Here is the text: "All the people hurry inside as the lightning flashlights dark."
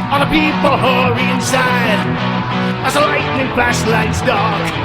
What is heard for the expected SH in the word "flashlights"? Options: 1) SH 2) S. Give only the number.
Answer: 2